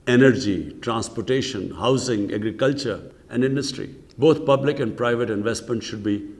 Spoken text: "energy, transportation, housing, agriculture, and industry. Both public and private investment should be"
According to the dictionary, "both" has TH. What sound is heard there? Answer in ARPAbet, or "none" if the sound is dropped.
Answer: T